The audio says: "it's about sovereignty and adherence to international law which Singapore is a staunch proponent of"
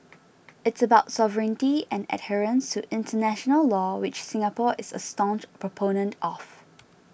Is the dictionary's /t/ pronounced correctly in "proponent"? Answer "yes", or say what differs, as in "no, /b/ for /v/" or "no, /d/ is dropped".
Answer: yes